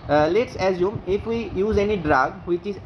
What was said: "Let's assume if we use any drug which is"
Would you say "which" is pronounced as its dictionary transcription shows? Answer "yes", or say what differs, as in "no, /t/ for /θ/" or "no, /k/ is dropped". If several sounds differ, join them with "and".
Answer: yes